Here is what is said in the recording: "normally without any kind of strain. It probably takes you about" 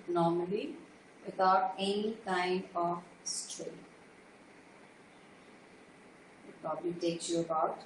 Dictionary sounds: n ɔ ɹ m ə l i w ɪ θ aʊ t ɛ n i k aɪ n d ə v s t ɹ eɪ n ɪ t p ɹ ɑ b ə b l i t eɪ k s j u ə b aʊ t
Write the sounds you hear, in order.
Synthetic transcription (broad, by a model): n ɔ ɹ m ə l i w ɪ t aʊ t ɛ n i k aɪ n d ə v s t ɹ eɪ ɪ t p ɹ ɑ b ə l i t eɪ k s j u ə b aʊ t